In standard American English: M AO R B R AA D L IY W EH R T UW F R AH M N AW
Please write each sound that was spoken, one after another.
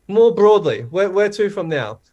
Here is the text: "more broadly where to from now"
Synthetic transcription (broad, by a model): M AO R B R AA D L IY W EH W T UW F R AH M N AW